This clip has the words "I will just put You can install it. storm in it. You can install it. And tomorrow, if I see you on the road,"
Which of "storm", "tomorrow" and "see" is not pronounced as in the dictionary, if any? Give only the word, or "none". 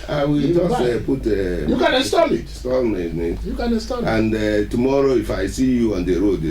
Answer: storm